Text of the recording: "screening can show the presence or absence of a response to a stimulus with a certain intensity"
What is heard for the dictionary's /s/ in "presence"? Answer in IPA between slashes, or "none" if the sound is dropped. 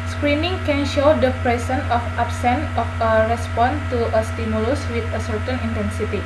none